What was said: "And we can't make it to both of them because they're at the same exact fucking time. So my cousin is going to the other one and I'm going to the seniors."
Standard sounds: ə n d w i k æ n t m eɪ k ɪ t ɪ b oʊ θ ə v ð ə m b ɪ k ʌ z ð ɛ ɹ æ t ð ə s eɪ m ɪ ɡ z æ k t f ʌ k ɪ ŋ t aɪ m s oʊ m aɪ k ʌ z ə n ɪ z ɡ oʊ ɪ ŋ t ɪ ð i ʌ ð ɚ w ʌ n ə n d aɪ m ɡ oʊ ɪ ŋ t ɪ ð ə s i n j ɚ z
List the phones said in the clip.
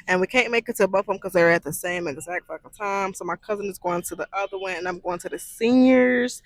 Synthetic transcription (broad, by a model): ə n w i k æ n m eɪ k ɪ t ɪ b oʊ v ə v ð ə m k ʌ z ð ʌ ɹ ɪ t ð ə s eɪ m ɪ ɡ z æ k t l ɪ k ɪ t aɪ m s oʊ m aɪ k ʌ z ə n ɪ z ɡ oʊ ɪ ŋ t ɪ ð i ʌ ð ɚ w ʌ n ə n aɪ m ɡ oʊ ɪ ŋ t ɪ ð ə s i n j ɚ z